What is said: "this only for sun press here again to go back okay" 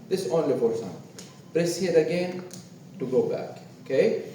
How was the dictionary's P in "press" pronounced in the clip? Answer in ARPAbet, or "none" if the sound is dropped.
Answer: B